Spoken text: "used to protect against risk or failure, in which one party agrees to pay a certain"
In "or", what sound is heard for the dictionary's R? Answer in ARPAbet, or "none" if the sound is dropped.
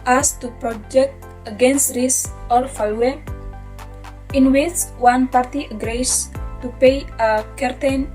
L